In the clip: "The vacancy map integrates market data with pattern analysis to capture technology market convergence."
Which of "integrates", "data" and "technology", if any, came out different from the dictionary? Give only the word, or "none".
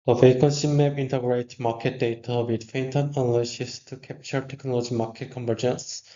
integrates